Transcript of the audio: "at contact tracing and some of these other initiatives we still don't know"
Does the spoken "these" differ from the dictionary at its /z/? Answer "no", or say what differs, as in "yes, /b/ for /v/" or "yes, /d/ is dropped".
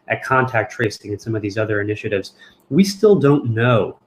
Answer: no